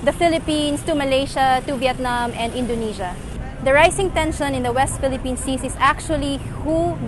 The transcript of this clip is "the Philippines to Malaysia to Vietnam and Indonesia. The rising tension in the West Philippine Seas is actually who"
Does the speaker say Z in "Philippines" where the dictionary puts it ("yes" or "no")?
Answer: no